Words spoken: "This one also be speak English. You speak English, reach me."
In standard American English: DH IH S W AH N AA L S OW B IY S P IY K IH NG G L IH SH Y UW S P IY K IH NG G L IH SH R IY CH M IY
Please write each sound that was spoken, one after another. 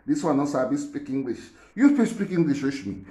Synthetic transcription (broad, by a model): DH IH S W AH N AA S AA B IY S P IY K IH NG G L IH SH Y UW S P IY K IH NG G L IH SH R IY SH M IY